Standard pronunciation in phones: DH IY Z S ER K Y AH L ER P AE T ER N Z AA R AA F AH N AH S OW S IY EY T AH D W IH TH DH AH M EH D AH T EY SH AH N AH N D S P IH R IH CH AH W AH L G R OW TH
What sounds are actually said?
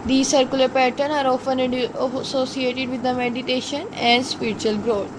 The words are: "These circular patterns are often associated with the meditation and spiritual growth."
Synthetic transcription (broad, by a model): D IY S ER K Y AH L ER P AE T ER N AA R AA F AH N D S OW S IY EY T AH D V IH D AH M EH D AH T EY SH AH N AH N D S P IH R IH CH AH AH L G R OW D